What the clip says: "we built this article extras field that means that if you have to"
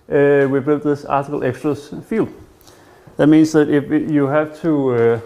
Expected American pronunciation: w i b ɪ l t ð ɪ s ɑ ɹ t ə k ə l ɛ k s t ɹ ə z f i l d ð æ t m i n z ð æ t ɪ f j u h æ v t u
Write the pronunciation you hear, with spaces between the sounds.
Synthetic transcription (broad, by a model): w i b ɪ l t ð ɪ s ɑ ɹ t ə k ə l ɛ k s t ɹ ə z f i l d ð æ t m i n s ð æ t ɪ f j u h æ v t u